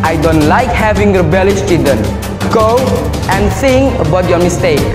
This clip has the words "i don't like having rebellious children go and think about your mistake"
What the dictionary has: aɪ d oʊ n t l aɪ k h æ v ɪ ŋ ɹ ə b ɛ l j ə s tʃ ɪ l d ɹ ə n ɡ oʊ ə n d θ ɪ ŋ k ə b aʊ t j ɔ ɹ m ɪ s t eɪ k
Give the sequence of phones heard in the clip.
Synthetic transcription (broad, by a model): aɪ d oʊ n t l aɪ k h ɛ v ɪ ŋ ɹ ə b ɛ l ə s tʃ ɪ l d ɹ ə n ɡ oʊ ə n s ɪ ŋ ə b aʊ t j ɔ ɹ m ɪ s t eɪ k